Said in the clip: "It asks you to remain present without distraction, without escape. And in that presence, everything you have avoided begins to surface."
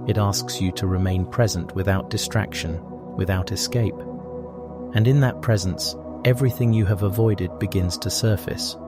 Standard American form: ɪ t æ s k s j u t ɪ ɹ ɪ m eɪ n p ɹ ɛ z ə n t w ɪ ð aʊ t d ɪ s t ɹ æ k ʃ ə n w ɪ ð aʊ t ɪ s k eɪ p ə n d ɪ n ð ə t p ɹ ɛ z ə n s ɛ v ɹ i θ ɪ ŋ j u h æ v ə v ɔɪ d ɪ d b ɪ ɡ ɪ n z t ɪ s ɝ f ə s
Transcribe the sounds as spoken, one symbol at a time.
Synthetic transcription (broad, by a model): ɪ t æ s k s j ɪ t ɪ ɹ ɪ m eɪ n p ɹ ɛ z ə n t w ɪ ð aʊ t d ɪ s t ɹ æ k ʃ ə n w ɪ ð aʊ t ɪ s k eɪ p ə n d ɪ n ð ə t p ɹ ɛ z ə n s ɛ v ɹ i θ ɪ ŋ j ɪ v ə v ɔɪ d ɪ d b ɪ ɡ ɪ n z t ɪ s ɝ f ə s